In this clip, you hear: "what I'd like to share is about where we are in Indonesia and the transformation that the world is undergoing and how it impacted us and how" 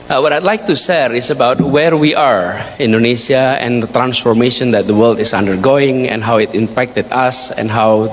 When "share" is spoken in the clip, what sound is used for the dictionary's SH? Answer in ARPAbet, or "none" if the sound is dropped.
S